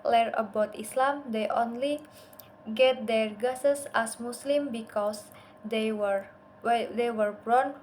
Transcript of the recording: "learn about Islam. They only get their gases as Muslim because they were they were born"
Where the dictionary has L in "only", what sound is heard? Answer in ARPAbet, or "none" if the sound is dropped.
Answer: L